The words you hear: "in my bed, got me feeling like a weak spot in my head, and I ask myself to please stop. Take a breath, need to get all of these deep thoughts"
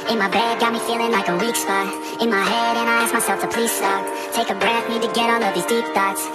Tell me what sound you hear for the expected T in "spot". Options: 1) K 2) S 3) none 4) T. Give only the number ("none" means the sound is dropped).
3